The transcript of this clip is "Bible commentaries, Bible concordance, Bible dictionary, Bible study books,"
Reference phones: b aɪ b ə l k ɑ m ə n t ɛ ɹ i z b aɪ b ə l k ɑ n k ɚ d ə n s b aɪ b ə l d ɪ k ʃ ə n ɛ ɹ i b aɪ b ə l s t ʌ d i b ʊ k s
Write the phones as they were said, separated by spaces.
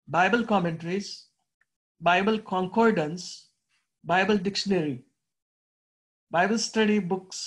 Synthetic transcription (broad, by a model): b aɪ b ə l k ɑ m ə n t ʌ ɹ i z b aɪ b ə l k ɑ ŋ k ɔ d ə n s b aɪ b ə l d ɪ k ʃ ə n ɛ ɹ i b aɪ b ə l s t ʌ d i b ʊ k s